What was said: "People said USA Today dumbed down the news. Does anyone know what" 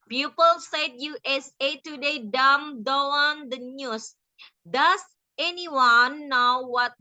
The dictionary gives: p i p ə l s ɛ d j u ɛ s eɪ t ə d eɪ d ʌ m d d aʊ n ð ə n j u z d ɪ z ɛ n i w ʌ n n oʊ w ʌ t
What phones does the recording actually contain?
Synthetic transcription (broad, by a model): p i p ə l s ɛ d j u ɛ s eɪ t ə d eɪ d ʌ m d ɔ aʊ n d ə n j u s d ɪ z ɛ n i w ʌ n n oʊ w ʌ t